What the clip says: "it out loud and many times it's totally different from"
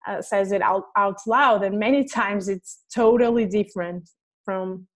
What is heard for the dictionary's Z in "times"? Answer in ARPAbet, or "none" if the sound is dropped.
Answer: Z